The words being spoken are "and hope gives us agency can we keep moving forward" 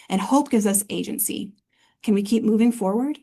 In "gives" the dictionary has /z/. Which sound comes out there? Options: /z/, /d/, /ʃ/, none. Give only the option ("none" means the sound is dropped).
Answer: /z/